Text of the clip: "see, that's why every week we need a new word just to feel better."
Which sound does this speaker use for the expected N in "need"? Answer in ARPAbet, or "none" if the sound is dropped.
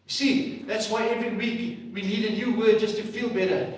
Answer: L